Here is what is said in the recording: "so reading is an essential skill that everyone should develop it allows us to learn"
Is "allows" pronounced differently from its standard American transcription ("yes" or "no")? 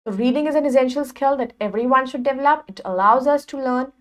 no